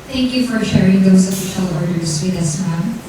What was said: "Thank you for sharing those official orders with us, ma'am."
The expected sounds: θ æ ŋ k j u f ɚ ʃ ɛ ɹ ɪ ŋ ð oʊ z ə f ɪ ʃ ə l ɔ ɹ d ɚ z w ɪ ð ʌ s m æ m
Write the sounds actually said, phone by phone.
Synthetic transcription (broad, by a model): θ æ ŋ k j u f ɚ ʃ ɛ ɹ ɪ ŋ ð oʊ z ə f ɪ ʃ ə l ɔ ɹ d ɚ z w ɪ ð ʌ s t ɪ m